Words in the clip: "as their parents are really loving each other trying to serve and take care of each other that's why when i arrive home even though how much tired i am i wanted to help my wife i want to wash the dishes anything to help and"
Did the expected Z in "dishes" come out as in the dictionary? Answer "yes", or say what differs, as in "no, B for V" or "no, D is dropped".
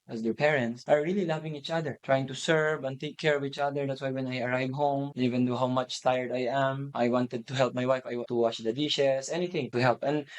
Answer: no, S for Z